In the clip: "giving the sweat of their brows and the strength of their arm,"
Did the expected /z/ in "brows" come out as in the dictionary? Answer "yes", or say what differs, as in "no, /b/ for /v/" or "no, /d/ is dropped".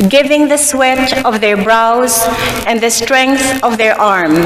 yes